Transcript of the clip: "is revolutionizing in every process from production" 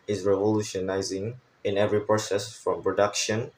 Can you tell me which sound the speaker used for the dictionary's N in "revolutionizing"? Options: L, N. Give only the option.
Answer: N